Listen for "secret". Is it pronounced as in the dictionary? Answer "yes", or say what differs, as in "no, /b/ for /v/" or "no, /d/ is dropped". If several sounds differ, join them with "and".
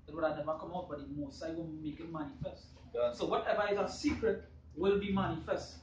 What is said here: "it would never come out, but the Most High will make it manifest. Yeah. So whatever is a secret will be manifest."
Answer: yes